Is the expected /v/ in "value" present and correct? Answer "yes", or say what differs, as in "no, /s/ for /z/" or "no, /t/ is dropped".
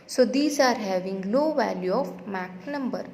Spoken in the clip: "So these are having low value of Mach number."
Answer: yes